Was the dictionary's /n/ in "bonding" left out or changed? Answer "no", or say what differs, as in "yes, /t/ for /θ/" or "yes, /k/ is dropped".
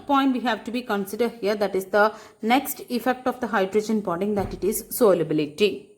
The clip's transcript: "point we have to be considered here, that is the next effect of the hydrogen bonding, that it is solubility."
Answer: yes, /n/ is dropped